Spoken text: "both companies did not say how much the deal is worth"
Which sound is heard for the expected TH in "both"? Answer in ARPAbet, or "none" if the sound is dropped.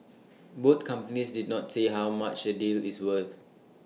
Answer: T